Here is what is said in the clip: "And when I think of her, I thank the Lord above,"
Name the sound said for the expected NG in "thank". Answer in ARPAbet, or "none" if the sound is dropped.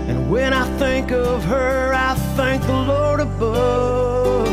NG